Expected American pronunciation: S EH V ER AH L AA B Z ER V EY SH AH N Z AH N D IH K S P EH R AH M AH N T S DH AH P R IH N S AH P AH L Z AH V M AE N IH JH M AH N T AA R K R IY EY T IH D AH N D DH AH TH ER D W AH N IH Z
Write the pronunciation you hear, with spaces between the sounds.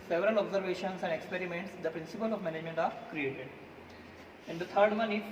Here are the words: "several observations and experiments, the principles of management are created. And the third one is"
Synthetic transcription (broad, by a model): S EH V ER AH L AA B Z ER V EY SH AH N S AH N D IH K S P EH R AH M AH N T S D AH P R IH N S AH P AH L AH V M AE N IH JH M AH N T AA R K R IY EY T IH D AH N D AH T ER D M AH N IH